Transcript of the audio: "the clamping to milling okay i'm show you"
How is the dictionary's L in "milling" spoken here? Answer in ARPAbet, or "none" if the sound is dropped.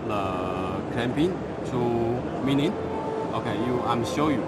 N